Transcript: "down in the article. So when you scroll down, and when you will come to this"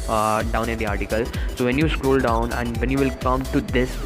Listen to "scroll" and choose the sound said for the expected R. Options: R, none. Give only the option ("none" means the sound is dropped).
R